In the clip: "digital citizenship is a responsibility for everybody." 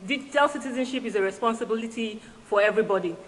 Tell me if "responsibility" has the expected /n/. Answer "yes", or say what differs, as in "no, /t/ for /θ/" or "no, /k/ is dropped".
yes